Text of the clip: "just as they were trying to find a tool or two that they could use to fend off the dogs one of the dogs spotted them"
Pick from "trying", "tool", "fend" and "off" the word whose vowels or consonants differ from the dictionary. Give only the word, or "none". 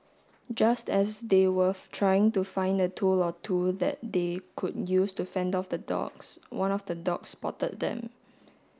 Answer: none